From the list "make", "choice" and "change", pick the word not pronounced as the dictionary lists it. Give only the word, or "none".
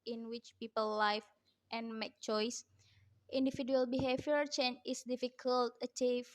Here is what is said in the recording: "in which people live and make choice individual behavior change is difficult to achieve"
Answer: change